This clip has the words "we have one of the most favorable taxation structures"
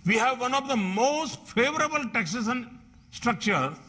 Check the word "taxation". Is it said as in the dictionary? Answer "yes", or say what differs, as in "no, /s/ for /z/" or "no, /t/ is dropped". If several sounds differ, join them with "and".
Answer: no, /s/ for /ʃ/